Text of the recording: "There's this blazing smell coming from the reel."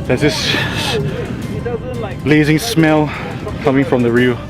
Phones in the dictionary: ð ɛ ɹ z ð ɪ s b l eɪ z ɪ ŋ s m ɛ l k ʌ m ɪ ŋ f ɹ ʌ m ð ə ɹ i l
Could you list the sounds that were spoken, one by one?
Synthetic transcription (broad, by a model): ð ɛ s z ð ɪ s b l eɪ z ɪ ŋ s m ɛ l k ʌ m ɪ ŋ f ɹ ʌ m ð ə ɹ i